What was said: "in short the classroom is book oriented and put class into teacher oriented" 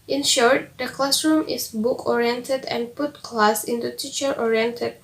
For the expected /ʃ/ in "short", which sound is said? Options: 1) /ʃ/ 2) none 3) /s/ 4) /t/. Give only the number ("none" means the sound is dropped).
1